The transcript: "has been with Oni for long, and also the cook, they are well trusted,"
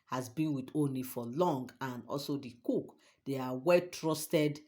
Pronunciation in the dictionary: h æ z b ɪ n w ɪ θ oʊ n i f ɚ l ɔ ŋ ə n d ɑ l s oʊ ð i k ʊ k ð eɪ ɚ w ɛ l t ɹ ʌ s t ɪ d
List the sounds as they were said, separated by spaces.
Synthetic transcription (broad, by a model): h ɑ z b ɪ n w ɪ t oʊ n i f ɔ l ɔ ŋ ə n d ɑ l s oʊ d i k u k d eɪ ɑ w ɛ l t ɹ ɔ s t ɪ d